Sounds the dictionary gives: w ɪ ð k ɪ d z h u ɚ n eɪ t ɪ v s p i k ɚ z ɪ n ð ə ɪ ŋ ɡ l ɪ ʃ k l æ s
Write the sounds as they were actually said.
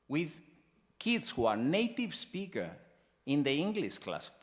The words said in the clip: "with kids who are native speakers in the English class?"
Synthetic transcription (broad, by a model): w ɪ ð k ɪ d s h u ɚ n eɪ t ɪ v s p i k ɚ ɪ n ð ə ɪ ŋ ɡ l ɪ ʃ k l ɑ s